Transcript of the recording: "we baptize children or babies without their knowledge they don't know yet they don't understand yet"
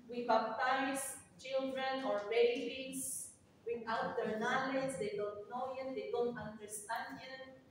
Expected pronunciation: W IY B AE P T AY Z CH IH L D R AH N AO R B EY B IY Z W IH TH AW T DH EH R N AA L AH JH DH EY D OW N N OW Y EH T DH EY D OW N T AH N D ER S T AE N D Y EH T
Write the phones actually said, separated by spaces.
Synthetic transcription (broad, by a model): W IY B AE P T AY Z CH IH L D R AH N AO R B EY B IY S W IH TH AW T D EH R N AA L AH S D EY D OW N N OW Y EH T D EY D OW N T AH N D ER S T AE N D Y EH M